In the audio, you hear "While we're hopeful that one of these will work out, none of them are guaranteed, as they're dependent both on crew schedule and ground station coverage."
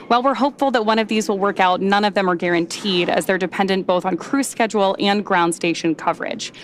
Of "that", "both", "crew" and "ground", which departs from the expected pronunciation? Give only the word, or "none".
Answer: none